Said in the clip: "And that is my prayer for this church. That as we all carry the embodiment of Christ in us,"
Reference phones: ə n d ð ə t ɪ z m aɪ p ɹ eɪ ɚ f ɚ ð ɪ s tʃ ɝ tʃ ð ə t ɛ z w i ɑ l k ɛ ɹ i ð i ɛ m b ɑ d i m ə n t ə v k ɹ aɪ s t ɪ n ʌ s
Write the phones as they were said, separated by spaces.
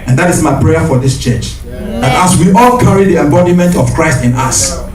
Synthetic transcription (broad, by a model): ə n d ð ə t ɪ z m aɪ p ɹ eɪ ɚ f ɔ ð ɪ s tʃ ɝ tʃ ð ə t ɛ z w i ɑ l k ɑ ɹ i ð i ɛ m b ɑ d i m ə n t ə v k ɹ aɪ s t ɪ n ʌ s